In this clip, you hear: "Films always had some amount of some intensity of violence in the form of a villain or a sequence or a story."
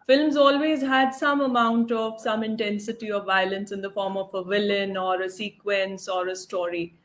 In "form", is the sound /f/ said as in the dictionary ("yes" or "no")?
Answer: yes